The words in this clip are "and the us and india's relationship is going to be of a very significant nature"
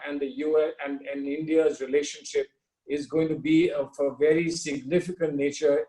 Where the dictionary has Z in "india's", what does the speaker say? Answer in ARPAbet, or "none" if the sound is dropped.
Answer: Z